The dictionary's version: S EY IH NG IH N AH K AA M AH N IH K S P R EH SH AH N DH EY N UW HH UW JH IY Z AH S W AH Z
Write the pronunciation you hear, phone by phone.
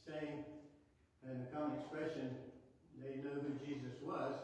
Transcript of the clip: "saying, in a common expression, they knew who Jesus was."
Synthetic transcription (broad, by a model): S EY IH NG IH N AH K AA M AH N IH K S P R EH SH AH N DH EY N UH HH UW JH IY Z AH S W AH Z